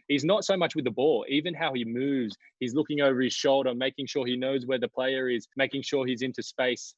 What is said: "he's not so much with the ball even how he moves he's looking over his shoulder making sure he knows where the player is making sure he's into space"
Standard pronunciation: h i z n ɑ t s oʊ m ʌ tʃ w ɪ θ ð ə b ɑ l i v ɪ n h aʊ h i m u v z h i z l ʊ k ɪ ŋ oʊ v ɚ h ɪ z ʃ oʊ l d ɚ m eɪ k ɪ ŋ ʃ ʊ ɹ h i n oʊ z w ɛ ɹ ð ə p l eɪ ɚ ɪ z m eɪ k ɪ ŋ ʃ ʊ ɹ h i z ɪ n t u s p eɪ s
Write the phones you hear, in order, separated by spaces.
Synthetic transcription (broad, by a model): h i z n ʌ t s oʊ m ʌ tʃ w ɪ ð ə b ɑ l i v ɪ n h aʊ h i m u v z h i z l ʊ k ɪ ŋ oʊ v ɚ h ɪ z ʃ oʊ l d ɚ m eɪ k ɪ ŋ ʃ ʊ ɹ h i n oʊ z w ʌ ɹ ð ə p l eɪ ɚ ɪ z m eɪ k ɪ ŋ ʃ ʊ ɹ h i z ɪ n t u s p eɪ s